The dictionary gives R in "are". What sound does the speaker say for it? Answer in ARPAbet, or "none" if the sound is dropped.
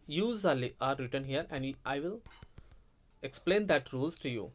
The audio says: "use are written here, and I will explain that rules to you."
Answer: L